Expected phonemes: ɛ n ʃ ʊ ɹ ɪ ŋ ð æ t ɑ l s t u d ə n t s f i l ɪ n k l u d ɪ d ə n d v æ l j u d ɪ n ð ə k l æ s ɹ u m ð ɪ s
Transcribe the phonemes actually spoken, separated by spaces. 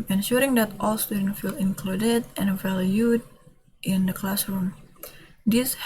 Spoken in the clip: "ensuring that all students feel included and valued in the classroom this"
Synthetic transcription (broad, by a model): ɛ n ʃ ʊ ɹ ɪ ŋ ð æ t ɑ l s t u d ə n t f i l ɪ n k l u d ɪ d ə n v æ l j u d ɪ n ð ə k l æ s ɹ u m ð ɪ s